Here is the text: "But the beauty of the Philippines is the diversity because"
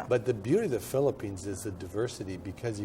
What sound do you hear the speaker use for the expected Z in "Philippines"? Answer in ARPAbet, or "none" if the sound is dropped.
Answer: Z